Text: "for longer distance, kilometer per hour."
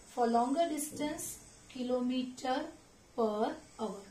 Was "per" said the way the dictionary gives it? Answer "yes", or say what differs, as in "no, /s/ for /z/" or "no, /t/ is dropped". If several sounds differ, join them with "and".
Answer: yes